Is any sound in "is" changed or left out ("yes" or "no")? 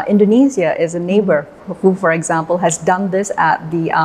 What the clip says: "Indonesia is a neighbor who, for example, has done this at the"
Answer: no